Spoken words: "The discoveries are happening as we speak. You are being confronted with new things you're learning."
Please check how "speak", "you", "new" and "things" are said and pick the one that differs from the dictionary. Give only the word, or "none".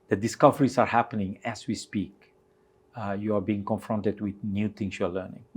things